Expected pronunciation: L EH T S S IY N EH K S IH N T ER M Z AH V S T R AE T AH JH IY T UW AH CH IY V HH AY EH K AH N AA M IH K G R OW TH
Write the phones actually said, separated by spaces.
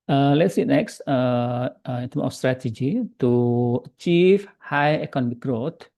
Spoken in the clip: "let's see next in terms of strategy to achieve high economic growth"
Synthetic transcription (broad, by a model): L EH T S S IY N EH K S IH N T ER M AH F S T R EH T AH JH IY T UW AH CH IY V HH AY EH K AH N AA M IH K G R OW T